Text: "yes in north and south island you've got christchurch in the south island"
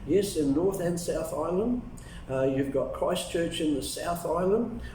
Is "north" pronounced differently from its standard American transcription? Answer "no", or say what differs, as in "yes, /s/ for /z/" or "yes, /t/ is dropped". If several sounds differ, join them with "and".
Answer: no